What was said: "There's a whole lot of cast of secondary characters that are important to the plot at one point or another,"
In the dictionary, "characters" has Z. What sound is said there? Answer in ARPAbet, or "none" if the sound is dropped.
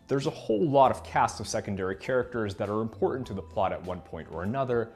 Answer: Z